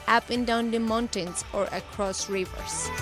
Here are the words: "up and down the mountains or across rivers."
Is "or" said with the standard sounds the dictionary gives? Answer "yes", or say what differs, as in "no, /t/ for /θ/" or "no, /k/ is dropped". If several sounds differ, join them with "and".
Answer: yes